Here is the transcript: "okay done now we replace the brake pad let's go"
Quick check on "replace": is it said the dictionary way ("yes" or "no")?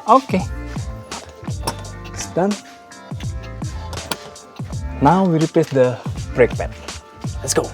no